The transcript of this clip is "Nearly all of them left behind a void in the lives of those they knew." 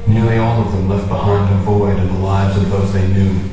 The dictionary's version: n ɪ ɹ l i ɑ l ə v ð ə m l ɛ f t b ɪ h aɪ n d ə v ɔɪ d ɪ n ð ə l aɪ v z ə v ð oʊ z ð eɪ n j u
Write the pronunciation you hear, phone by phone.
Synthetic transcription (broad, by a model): n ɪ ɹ l i ɑ l ə v ð ə m l ɛ f t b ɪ h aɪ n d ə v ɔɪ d ɪ n ð ə l aɪ v z ə v ð oʊ z ð eɪ n j u